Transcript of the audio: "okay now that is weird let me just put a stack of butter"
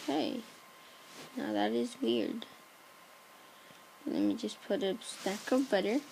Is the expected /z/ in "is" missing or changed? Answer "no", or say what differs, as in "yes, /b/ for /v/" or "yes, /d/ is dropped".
no